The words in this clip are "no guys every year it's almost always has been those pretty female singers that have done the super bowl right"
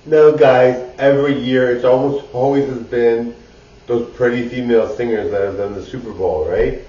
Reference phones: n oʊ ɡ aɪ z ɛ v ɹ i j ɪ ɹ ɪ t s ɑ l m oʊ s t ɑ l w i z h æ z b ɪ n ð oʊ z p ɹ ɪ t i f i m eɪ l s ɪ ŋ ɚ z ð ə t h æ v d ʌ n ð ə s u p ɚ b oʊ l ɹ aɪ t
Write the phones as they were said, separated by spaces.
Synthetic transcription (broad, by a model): n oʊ ɡ aɪ z ɛ v ɹ i j ɪ ɹ ɪ t s ɑ l m oʊ s t ɑ l w i z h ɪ z b ɪ n ð oʊ z p ɹ ɪ t i f i m eɪ l s ɪ ŋ ɚ z ð ə t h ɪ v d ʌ n ð ə s u p ɚ b oʊ l ɹ aɪ t